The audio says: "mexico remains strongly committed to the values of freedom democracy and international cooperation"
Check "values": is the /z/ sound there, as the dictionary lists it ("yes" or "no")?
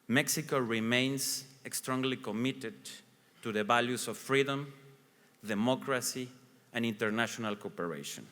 no